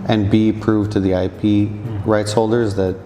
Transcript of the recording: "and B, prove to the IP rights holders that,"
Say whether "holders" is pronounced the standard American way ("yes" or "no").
yes